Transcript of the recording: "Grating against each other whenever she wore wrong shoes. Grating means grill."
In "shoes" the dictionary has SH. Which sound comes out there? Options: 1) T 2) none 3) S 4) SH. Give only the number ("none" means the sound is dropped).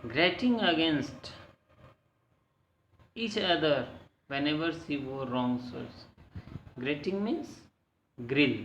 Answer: 3